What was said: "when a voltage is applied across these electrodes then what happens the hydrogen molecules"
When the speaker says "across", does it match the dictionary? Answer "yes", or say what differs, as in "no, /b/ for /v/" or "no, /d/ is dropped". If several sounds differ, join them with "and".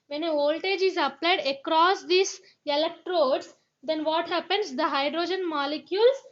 yes